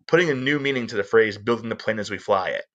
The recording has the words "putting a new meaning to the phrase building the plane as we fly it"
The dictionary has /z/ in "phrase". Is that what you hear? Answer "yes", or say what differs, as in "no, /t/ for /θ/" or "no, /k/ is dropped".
yes